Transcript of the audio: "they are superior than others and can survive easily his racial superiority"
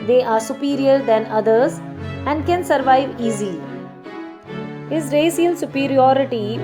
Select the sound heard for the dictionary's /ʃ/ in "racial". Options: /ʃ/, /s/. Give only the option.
/s/